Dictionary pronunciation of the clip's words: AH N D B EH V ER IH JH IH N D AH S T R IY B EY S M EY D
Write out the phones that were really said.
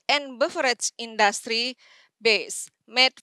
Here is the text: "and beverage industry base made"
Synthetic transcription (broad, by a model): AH N B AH F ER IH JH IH N D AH S T R IY B EY S M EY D